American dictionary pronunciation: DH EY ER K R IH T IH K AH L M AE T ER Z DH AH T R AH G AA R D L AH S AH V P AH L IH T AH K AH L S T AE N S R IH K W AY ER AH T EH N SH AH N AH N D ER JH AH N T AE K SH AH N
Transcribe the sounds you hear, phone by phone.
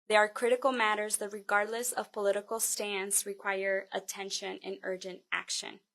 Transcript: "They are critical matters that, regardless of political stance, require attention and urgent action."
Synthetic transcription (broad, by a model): DH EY ER K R IH T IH K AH L M AE T ER Z DH AH T R AH G AA R D L AH S AH V P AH L IH T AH K L S T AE N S R IH K W AY ER AH T EH N SH AH N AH N ER JH AH N T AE K SH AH N